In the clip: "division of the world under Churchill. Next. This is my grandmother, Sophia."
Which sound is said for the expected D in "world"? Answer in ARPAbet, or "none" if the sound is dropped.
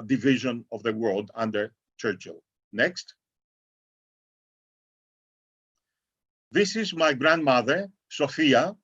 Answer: D